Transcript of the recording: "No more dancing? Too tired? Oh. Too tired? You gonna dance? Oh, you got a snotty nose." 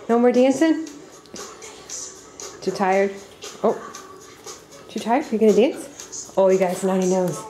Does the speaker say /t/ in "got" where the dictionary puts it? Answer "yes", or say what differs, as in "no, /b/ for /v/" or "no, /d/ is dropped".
no, /t/ is dropped